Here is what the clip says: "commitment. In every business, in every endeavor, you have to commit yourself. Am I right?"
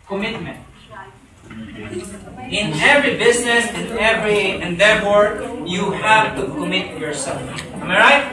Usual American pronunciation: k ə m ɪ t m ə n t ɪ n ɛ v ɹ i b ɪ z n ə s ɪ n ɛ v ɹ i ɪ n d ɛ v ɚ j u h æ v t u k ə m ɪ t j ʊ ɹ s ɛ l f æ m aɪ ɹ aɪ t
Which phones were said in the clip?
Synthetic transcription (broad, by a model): k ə m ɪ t m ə n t ɪ n ɛ v ɹ i b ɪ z n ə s ɪ n ɛ v ɹ i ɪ n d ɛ f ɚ j u h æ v t u k ə m ɪ t j ʊ ɹ s ɛ l f m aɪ ɹ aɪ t